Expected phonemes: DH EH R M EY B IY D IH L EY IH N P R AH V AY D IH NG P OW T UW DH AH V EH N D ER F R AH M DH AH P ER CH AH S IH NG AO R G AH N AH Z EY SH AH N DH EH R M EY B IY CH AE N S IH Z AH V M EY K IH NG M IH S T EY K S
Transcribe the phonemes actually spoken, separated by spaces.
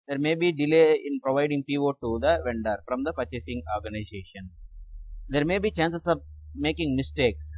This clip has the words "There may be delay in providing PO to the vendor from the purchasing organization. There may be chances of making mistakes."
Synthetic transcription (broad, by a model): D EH R M EY B IY D IH L EY IH N P R AH V AY D IH NG P OW T UW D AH V EH N D ER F R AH M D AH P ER CH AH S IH NG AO R G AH N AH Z EY SH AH N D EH R M EY B IY CH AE N S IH S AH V M EY K IH NG M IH S T EY K S